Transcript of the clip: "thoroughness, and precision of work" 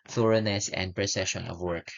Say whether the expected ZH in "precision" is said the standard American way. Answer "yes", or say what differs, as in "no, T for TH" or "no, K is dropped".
no, SH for ZH